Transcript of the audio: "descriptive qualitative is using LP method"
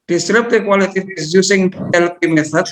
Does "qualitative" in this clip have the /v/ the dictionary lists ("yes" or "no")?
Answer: no